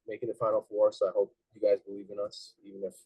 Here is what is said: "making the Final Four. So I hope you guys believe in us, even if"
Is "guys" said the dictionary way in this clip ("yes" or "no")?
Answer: yes